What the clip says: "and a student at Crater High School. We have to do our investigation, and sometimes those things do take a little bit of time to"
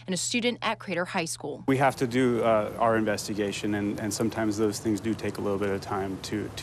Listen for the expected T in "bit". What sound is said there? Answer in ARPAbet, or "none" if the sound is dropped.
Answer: T